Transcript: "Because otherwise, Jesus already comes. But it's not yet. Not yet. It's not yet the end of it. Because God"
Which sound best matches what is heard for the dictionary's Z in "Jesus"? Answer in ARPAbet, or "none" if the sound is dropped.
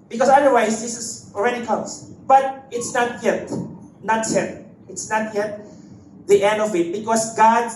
S